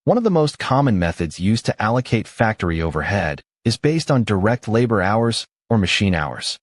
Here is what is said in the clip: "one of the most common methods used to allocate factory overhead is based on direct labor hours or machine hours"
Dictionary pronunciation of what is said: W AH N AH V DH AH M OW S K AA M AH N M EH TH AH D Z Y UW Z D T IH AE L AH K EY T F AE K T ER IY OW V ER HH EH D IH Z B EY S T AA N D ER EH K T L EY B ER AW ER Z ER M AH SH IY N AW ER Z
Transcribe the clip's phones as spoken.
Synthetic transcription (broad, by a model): W AH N AH V DH AH M OW S K AA M AH N M EH TH AH D Z Y UW Z T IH AE L AH K EY T F AE K T ER IY OW V ER HH EH D IH Z B EY S T N D ER EH K T L EY B ER AW ER Z ER M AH SH IY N AW ER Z